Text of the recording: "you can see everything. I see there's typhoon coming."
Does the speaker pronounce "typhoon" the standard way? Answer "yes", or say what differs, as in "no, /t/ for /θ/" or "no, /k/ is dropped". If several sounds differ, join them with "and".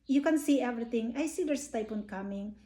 no, /p/ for /f/